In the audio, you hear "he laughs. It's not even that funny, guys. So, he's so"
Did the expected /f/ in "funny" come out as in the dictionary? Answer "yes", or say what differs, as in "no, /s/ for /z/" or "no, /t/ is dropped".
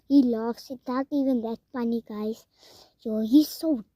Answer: no, /p/ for /f/